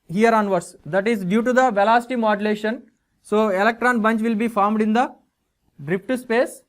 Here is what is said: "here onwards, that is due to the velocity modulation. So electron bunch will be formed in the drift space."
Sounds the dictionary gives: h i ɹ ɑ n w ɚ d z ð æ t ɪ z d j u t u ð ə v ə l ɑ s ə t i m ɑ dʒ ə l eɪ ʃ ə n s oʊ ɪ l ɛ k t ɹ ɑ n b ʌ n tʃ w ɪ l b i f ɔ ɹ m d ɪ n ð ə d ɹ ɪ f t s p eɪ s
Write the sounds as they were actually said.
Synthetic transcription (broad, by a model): h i ɹ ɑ n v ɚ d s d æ t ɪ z d j u t u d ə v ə l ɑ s t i m ɑ dʒ ə l eɪ ʃ ə n s oʊ ɪ l ɛ k t ɹ ɑ n b ʌ n tʃ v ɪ l b i f ɔ ɹ m d ɪ n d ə d ɹ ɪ p t s p eɪ s